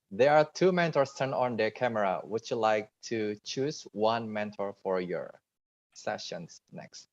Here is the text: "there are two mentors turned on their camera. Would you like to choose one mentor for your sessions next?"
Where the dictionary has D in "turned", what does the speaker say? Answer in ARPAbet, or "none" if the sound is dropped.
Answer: none